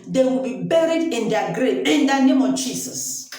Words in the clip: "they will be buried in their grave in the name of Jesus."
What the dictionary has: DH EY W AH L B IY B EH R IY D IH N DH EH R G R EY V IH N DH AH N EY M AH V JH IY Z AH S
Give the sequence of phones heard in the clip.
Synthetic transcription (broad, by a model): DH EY W AH L B IY B EH R IY D IH N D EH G R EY IH N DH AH N EY M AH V JH IY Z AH S